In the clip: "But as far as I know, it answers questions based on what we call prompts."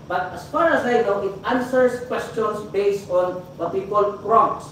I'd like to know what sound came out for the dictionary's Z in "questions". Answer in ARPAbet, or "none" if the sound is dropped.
S